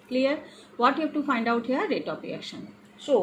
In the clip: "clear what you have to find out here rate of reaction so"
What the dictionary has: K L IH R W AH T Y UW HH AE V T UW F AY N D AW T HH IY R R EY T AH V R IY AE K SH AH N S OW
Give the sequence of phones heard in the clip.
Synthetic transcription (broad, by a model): K L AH R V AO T Y UW HH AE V T UW F AY N D AW T HH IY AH R EY T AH P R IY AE K SH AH N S OW